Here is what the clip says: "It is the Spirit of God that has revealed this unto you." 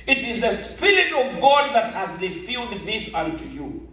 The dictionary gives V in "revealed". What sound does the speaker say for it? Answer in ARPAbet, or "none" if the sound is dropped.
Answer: F